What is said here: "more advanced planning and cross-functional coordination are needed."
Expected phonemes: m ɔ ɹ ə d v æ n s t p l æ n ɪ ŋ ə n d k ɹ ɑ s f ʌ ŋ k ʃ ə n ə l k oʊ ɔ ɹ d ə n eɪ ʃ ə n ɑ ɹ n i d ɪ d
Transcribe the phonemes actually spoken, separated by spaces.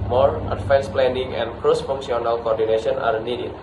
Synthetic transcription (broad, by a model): m ɔ ɹ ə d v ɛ n s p l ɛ n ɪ ŋ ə n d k ɹ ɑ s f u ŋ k s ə n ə l k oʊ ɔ ɹ d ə n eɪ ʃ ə n ɑ ɹ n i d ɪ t